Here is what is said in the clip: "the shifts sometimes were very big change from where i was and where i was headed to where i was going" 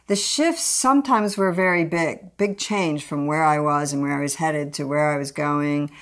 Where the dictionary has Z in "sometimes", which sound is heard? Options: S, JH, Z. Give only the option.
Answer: Z